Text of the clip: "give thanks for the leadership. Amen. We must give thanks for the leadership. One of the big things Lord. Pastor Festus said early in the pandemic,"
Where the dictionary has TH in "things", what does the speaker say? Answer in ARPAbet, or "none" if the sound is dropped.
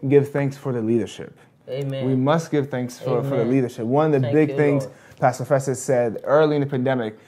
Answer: TH